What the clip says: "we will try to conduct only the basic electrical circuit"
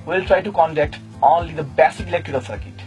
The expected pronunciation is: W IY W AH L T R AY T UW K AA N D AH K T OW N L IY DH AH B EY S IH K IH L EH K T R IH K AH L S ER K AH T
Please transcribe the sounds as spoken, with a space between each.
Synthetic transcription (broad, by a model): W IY L T R AY T UW K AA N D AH K T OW N L IY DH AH B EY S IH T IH L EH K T IH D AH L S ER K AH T